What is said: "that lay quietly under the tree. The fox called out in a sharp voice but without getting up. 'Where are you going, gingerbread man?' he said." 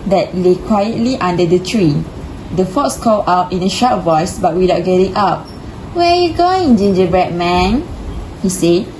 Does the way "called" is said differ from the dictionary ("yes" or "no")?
yes